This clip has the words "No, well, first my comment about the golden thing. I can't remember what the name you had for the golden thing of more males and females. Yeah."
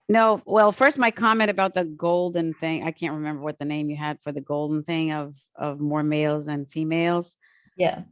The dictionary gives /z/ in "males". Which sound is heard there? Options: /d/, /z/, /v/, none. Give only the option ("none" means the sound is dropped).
/z/